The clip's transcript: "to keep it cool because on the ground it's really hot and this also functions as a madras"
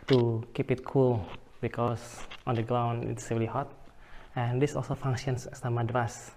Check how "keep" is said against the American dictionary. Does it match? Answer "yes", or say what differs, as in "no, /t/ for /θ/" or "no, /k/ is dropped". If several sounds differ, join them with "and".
yes